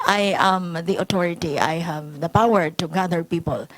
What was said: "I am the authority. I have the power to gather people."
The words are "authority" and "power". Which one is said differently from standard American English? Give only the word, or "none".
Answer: authority